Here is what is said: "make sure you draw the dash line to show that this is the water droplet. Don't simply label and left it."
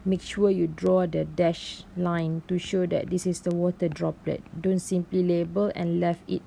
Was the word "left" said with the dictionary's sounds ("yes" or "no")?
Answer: no